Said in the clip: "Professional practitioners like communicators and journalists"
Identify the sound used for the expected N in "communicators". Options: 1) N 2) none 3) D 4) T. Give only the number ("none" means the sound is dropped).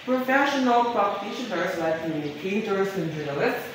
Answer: 2